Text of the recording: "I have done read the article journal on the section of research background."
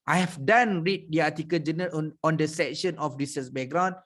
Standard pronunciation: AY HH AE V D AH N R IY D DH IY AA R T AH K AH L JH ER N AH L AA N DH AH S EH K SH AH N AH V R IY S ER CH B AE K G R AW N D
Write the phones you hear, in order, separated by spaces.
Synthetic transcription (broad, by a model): AY HH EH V D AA N R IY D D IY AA T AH K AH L JH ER N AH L AA N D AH S EH K SH AH N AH F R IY S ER S B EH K G R AW N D